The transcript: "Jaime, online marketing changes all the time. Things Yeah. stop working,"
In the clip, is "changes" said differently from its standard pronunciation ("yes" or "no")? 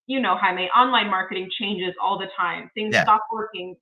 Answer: no